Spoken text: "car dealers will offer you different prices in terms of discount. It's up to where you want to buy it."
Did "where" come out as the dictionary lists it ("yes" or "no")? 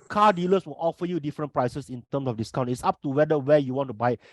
no